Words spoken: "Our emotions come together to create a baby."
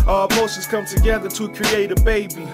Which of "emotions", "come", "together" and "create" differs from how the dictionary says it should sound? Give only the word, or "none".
emotions